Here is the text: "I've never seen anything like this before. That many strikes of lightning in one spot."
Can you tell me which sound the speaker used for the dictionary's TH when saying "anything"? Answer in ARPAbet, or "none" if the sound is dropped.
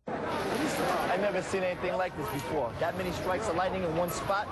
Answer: TH